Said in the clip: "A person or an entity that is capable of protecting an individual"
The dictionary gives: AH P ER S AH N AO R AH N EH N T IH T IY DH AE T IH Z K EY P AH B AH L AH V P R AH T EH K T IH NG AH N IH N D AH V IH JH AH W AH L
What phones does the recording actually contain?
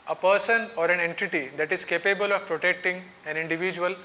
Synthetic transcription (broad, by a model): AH P ER S AH N AO R AH N EH N T IH T IY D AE T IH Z K EY P AH B AH L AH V P R AH T EH K T IH NG AH N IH N D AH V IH JH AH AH L